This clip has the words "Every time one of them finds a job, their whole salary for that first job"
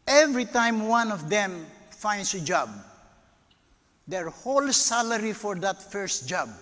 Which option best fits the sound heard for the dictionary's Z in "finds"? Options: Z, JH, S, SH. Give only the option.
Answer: S